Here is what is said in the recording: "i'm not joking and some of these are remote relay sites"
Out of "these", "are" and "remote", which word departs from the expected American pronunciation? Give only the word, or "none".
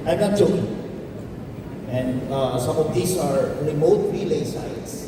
these